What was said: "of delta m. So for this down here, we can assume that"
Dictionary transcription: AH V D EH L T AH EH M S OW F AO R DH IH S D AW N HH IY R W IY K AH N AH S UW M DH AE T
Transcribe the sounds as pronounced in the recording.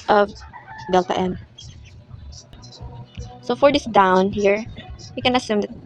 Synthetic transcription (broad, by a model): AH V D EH L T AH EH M S OW F AO R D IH S D AW N HH IY R W IY K AH N AH S UW M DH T